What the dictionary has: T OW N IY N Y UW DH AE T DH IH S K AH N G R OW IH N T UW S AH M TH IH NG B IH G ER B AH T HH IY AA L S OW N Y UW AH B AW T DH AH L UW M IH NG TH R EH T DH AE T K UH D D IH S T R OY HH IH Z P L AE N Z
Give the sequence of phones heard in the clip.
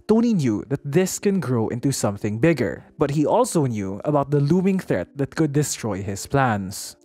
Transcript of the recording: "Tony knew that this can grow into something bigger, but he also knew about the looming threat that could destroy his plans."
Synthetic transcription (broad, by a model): T OW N IY N Y UW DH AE T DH IH S K AH N G R OW IH N T UW S AH M TH IH NG B IH G ER B AH T HH IY AA L S OW N Y UW AH B AW T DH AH L UW M IH NG TH R EH T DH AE T K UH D D IH S T R OY HH IH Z P L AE N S